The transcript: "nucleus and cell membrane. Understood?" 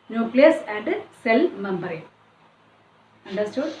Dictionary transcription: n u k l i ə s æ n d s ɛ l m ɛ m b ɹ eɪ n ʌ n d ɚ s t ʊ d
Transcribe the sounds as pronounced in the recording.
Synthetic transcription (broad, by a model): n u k l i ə s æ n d s ɛ l m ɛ m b ɹ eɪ ʌ n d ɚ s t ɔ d